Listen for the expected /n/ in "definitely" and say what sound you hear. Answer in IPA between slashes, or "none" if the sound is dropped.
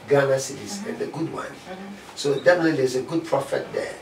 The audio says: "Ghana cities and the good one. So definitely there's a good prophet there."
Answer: none